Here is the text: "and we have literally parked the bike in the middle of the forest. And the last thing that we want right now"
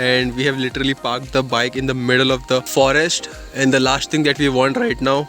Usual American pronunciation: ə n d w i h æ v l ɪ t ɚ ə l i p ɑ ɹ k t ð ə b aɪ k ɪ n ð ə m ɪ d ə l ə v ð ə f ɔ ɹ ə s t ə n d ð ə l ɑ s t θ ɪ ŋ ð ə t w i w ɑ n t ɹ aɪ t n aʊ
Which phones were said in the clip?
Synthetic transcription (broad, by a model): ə n d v i h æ v l ɪ t ɚ ə l i p ɑ ɹ k t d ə b aɪ k ɪ n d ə m ɪ d ə l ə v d ə f ɔ ɹ ə s t ə n d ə l ɑ s t t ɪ ŋ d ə t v i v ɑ n t ɹ aɪ t n aʊ